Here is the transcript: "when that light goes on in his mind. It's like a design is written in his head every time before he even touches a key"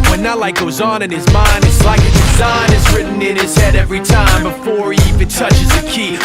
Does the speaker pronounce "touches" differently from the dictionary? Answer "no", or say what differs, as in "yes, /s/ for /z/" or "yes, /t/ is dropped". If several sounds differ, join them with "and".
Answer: no